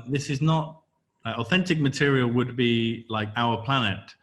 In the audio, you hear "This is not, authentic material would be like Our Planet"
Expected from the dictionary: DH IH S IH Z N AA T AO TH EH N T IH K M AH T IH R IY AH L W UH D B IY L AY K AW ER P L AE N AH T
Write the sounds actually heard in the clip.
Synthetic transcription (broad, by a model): DH IH S IH Z N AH T AO TH EH N T IH K M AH T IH R IY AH L W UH D B IY L AY K AW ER P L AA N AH T